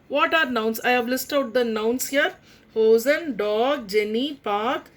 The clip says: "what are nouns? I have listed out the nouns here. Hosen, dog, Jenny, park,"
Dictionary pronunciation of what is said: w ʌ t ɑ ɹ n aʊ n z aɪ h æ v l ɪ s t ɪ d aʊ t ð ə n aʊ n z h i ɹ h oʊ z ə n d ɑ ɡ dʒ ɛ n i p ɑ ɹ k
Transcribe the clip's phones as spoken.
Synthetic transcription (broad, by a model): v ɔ t ɑ ɹ n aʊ n s aɪ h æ v l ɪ s t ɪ ʊ t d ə n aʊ n s h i ɹ h oʊ z ə n d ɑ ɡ dʒ ɛ n i p ɑ ɹ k